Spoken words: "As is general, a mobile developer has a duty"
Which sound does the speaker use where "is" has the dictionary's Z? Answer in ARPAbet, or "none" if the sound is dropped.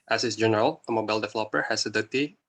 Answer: S